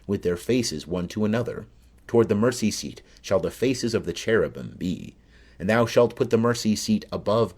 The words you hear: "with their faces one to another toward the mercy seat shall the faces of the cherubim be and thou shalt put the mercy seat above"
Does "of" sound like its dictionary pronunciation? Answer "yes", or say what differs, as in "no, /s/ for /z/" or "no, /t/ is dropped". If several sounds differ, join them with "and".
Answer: yes